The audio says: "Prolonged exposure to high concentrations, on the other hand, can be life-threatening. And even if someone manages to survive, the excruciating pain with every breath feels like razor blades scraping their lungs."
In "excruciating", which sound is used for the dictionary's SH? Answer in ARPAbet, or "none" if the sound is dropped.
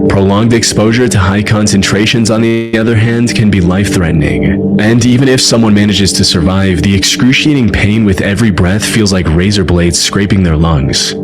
SH